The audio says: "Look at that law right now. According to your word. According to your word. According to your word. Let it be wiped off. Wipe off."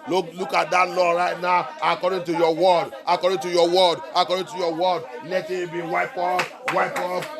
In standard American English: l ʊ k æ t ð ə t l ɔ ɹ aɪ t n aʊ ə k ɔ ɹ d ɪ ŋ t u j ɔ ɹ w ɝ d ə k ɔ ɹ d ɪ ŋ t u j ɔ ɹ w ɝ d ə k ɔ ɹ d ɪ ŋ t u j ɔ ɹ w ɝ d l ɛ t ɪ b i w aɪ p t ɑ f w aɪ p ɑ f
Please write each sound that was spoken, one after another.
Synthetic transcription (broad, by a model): l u k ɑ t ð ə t l ɔ ɹ aɪ t n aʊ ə k ɔ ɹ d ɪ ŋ t u j ɔ w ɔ d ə k ɔ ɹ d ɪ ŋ t u j ɔ w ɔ d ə k ɔ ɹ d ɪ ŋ t u j ɔ w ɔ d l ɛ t ɪ b i w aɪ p ɑ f w aɪ p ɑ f